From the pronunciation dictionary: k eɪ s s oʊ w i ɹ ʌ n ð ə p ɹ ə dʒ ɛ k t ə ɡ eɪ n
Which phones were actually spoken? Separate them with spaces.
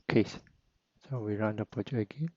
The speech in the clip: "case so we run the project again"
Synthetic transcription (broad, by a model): k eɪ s s oʊ w i ɹ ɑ n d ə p ə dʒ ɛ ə ɡ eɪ n